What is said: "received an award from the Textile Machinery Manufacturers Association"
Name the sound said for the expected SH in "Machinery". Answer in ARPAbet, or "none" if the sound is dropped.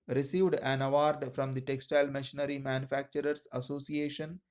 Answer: SH